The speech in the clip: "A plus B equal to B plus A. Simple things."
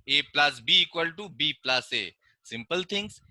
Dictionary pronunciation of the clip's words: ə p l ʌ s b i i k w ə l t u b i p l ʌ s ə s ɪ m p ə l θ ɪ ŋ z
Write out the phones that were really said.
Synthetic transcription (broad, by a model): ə p l ʌ s b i i k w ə l t u b i p l ʌ s ə s ɪ m p ə l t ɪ ŋ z